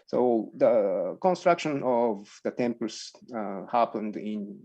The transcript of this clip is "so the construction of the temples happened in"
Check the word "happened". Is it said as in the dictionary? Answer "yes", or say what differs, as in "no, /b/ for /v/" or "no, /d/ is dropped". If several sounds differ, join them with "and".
yes